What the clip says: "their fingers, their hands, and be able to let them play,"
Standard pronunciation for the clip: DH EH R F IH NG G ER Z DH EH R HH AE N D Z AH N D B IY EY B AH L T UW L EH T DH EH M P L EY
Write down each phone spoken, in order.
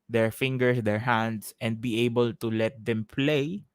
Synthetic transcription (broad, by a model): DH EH R F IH NG G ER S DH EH R HH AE N D S AH N D B IY EY B AH L T UW L EH T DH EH M P L EY